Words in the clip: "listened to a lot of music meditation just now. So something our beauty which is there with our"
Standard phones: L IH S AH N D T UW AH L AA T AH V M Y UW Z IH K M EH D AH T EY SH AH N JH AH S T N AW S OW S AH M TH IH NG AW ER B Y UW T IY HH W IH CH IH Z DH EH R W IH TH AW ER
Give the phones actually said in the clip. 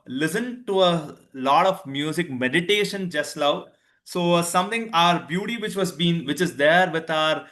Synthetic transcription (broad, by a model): L IH S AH N T UW AH L AA T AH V M Y UW Z IH K M EH D AH T EY SH AH N JH AH S T L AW S OW S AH M T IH NG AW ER B Y UW T IY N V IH CH IH Z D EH R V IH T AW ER